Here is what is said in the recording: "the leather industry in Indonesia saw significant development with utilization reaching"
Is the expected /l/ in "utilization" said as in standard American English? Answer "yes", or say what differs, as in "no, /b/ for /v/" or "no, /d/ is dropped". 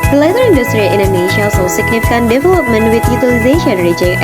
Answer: yes